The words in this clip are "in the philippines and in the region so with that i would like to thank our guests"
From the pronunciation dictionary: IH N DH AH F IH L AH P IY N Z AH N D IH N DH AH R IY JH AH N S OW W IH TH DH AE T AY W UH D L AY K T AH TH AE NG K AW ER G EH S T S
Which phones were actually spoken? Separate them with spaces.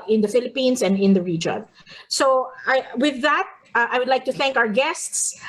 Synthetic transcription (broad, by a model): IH N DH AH F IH L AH P IY N S AH N D IH N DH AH R IY JH AH N S OW W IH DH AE T AY W UH D L AY K T AH TH AE NG K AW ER G EH S T S